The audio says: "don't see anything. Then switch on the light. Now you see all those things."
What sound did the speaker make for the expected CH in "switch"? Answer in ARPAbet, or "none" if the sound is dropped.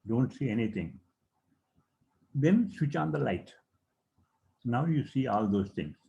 CH